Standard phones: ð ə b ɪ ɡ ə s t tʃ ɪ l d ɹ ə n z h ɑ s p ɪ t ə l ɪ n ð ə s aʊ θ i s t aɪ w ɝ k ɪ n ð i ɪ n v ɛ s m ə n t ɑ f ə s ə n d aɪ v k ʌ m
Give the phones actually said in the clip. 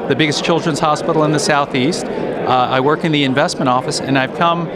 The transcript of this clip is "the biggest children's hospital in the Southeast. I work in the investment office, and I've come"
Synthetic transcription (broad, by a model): ð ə b ɪ ɡ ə s tʃ ɪ l d ɹ ə n z h ɑ s p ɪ t l ɪ n ð ə s aʊ θ i s t aɪ w ɝ k ɪ n ð i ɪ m v ɛ s m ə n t ɑ f ə s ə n aɪ v k ʌ m